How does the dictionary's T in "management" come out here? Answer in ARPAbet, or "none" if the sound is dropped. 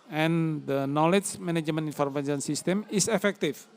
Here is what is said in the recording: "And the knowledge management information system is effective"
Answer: none